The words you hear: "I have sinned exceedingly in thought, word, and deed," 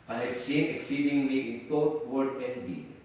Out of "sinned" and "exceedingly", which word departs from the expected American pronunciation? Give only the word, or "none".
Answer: sinned